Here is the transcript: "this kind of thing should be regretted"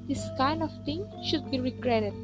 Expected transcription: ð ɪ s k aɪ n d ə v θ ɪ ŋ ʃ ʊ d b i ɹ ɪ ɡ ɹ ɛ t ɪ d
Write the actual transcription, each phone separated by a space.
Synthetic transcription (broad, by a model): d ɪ s k aɪ n d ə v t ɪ ŋ ʃ ʊ d b i ɹ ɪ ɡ ɹ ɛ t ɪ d